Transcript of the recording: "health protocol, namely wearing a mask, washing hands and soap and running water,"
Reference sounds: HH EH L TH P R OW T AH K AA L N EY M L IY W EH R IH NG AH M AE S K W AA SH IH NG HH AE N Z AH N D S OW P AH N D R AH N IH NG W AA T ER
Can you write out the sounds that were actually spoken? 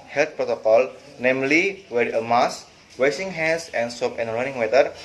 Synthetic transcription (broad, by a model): HH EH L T P R OW T AH K AA L N EY M L IY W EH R AH M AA S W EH S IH NG HH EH N S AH N S OW P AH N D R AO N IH NG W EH T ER